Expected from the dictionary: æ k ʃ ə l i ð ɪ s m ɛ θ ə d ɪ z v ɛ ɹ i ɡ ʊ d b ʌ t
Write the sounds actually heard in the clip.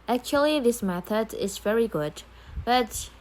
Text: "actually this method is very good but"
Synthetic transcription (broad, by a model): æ k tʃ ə l i ð ɪ s m ɛ θ ə d ɪ z v ɛ ɹ i ɡ ʊ d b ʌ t